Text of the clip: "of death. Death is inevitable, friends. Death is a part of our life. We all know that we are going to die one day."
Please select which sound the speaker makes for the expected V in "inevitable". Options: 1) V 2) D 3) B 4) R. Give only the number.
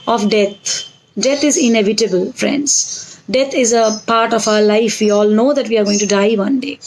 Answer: 1